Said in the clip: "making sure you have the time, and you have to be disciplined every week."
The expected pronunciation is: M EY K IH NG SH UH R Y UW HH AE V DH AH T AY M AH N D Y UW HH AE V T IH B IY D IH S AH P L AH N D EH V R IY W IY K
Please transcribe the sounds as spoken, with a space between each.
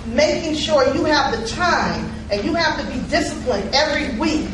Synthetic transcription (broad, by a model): M EY K IH NG SH UH R Y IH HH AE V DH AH T AY M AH N Y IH HH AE F T IH B IY D IH S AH P L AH N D EH V R IY W IY K